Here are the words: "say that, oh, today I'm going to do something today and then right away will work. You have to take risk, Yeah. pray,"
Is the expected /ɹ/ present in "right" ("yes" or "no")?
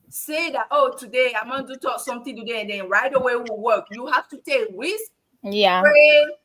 yes